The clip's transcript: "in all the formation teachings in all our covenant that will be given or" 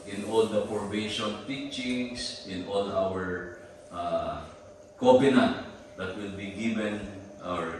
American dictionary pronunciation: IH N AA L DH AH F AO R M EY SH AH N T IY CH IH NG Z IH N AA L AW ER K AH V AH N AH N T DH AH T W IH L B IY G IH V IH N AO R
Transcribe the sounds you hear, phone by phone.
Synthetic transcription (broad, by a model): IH N AA L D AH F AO R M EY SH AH N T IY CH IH NG S IH N AA L AW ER K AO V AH N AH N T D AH T W IH L B IY G IH V IH N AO R